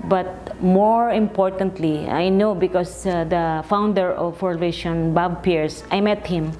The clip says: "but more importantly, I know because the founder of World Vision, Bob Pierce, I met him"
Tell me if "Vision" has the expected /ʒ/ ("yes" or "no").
no